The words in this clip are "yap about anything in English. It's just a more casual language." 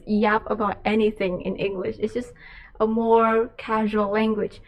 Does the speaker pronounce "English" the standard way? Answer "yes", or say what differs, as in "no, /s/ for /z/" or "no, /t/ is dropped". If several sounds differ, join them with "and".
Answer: yes